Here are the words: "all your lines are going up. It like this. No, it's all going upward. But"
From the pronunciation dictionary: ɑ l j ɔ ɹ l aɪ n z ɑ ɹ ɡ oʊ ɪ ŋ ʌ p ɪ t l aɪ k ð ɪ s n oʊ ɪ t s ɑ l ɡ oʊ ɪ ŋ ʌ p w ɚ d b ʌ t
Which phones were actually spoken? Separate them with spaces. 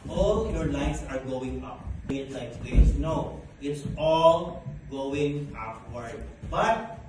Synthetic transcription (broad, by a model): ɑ l j ɔ ɹ l aɪ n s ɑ ɹ ɡ oʊ ɪ ŋ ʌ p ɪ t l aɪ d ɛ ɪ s n oʊ ɪ t s ɑ l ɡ oʊ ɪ ŋ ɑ f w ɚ d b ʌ t